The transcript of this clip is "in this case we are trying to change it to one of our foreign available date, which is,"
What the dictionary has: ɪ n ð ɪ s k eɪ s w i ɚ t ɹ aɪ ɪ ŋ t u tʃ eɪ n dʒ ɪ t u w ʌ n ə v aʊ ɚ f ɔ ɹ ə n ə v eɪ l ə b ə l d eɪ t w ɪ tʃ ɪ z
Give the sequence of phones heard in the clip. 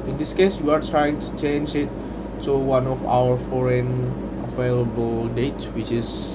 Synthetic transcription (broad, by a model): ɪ n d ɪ s k eɪ s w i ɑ t ɹ aɪ ɪ ŋ t u tʃ eɪ n dʒ ɪ t u w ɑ n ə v aʊ ɚ f ɔ ɹ ə n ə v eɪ l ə b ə l d eɪ t w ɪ tʃ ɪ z